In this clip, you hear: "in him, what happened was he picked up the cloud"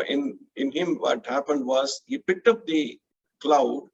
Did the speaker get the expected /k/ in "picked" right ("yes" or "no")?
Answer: yes